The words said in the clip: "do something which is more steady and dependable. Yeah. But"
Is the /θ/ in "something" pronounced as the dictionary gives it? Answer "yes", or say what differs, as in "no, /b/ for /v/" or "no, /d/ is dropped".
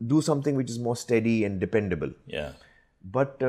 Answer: no, /t/ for /θ/